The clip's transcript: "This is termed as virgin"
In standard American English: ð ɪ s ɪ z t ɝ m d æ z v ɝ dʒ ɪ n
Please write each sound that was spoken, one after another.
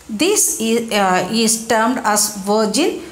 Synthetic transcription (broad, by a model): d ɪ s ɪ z t ɝ m d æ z v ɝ dʒ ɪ n